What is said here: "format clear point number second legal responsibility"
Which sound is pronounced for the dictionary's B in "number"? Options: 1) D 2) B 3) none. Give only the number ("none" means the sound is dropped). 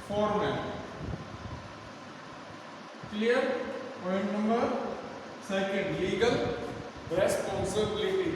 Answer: 3